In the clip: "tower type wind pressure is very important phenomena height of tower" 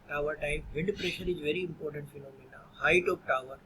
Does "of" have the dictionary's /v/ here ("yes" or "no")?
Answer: no